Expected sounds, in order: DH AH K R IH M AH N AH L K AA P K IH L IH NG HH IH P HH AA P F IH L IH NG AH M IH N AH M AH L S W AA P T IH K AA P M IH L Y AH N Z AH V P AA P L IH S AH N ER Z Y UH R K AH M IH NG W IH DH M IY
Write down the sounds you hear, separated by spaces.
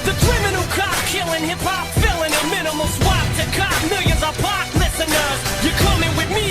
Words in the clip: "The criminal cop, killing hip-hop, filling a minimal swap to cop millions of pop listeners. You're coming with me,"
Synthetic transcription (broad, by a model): DH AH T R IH M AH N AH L K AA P K IH L IH NG HH IH P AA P F IH L IH NG AH M IH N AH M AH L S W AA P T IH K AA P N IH Y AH Z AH P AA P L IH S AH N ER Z Y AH R K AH M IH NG W IH DH M IY